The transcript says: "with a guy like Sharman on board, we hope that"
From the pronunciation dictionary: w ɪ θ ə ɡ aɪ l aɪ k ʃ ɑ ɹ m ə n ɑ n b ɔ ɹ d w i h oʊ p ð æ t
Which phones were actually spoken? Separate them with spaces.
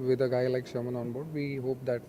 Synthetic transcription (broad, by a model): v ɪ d ə ɡ aɪ l aɪ k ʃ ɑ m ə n ɑ n b ɔ ɹ d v i h oʊ p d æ t